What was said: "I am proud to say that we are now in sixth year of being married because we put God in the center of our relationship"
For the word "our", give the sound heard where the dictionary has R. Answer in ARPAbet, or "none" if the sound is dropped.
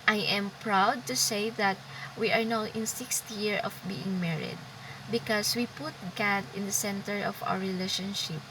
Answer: W